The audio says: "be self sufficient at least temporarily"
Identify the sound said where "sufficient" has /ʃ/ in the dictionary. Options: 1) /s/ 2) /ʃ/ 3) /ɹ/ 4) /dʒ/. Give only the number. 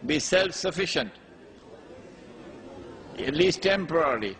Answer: 2